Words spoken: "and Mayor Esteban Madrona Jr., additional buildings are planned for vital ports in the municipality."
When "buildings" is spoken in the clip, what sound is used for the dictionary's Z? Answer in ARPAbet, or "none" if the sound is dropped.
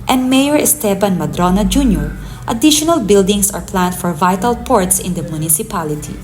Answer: S